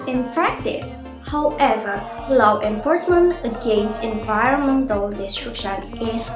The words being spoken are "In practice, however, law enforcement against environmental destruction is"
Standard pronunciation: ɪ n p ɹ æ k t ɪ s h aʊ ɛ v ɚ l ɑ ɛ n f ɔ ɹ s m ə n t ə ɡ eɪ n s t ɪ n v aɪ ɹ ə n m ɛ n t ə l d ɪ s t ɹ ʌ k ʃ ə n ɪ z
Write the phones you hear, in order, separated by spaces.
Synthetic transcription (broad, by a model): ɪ n p ɹ æ k t ɪ s h aʊ ɛ v ɚ l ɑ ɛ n f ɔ ɹ s m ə n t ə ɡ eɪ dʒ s ɪ n v aɪ ɹ ə n m ɛ n t ə l d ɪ s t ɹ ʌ k ʃ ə n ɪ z